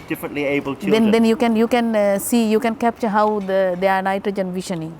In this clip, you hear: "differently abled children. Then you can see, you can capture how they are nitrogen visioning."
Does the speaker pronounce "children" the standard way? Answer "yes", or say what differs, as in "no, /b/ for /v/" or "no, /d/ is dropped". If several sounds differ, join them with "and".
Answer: no, /n/ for /l/ and /ɹ/ is dropped